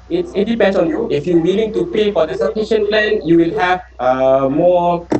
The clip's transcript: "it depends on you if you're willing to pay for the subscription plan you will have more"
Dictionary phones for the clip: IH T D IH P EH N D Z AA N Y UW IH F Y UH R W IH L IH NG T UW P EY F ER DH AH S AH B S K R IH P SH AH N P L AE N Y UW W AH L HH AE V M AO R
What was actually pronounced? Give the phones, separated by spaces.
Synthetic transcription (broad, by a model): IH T D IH P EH N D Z AA N Y UW IH F Y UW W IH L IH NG T UW P EY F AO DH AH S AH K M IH SH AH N P L AE N Y UW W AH L HH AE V M AO